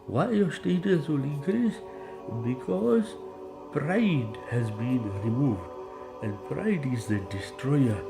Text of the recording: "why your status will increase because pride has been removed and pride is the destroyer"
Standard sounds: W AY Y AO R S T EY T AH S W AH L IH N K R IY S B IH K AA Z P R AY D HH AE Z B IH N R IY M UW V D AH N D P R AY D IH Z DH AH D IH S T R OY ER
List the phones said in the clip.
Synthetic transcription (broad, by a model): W AY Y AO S T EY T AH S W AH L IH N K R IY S B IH K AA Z P R AY D HH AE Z B IH N R IY M UW V D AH N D P R AY D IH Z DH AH D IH S T R OY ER